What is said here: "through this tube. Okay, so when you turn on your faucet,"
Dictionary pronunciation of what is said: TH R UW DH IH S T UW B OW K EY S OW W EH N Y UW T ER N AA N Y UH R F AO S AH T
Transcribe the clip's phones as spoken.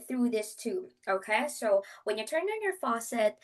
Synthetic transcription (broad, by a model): TH R UW DH IH S T UW OW K EY S OW W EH N Y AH T ER N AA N Y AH R F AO S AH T